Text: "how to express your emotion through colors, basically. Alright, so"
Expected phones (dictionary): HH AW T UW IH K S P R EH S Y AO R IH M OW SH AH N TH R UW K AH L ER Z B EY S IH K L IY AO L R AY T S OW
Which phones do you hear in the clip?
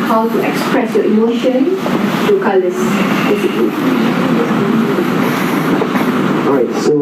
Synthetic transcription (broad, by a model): HH AW T UW IH K S P R EH S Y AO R IH M OW SH AH N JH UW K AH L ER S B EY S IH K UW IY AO R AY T S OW